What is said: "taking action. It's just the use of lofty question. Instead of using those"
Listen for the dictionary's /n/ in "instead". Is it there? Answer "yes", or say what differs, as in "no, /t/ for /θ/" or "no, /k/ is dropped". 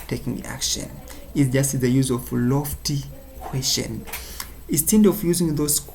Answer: no, /n/ is dropped